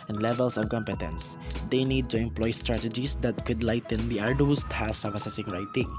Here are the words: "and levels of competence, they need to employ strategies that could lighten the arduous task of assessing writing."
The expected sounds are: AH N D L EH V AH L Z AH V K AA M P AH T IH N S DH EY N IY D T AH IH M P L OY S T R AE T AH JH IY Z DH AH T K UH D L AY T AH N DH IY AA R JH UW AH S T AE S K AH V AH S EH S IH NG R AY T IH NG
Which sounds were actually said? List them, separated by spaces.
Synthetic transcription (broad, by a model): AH N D L EH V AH L S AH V K AA M P AH T IH N S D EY N IY D T AH IH M P L OY S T R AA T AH JH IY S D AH T K UH D L AY T AH N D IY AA R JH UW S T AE S AH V AH S EH S IH NG R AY T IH NG